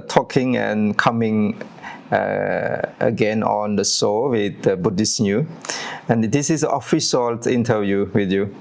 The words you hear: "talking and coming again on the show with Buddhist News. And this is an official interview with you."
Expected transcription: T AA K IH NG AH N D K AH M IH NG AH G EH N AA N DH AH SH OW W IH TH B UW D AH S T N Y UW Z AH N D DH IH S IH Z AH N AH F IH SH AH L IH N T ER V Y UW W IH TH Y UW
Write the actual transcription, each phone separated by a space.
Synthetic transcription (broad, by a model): T AA K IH NG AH N K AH M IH NG AH G EH N AA N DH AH S OW W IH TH B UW D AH S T N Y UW AH N D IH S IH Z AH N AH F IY S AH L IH N T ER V Y UW W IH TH Y UW